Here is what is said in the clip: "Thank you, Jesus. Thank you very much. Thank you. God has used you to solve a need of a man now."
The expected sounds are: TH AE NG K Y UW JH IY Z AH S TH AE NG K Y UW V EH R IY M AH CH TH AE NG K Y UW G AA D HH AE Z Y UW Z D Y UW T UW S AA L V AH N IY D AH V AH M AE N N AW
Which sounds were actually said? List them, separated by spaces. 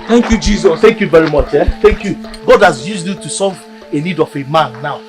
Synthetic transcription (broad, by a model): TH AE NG K Y UW JH IY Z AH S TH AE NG K Y UW V EH R IY M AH CH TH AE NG K Y UW G AA D HH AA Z Y UW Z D Y UW T UW S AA V AH N IY D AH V AH M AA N N AW